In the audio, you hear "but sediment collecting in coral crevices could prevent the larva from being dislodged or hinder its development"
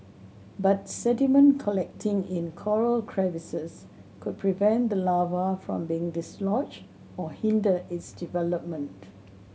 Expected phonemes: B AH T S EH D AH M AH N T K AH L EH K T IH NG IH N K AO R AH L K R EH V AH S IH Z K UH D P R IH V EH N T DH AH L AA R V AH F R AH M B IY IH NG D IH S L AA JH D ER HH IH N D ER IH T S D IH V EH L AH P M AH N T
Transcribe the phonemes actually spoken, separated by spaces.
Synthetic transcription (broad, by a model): B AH T S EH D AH M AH N K AH L EH K T IH NG IH N K AO R AH L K R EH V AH S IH S K UH D P R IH V EH N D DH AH L AA V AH F R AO M B IY IH NG D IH S L AA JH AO HH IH N D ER IH T S D IH V EH L AH P M AH N T